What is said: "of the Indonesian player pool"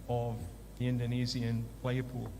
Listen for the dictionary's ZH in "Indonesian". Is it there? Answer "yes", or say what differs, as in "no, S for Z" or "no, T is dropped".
no, Z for ZH